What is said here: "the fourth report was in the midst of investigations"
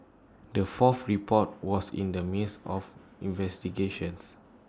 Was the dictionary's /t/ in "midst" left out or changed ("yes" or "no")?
yes